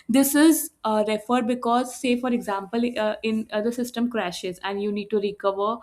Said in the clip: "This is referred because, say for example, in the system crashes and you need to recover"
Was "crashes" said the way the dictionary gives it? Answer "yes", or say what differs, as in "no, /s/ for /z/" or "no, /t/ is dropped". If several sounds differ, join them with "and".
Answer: yes